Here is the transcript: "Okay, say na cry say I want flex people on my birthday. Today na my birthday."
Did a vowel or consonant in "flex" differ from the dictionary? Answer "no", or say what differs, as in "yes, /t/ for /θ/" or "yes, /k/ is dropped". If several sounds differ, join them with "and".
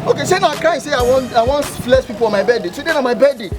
yes, /k/ is dropped